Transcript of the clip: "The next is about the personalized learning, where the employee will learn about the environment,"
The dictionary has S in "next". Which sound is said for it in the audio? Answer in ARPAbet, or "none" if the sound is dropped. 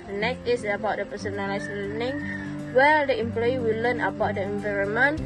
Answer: none